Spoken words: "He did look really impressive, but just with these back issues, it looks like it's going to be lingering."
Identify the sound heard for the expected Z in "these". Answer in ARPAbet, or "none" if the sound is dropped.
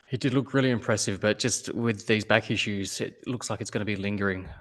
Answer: Z